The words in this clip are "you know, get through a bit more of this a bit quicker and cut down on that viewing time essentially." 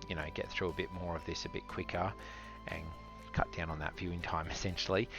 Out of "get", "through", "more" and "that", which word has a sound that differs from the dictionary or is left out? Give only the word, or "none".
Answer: none